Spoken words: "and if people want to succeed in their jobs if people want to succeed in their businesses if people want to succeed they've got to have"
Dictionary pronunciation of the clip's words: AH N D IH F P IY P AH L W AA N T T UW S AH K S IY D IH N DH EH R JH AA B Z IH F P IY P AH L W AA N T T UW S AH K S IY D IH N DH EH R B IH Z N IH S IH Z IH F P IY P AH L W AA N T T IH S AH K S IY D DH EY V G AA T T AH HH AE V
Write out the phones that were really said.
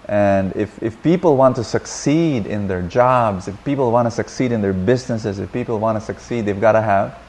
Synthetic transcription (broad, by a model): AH N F IH F P IY P L W AA N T T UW S AH K S IY D IH N DH EH R JH AA B Z IH F P IY P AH L W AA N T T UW S AH K S IY D IH N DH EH R B IH Z N IH S IH Z IH F P IY P L W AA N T T IH S AH K S IY D DH EY V G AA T T AH HH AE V